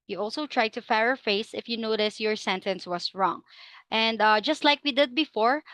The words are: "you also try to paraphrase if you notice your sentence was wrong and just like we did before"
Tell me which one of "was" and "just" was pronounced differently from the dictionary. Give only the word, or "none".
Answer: was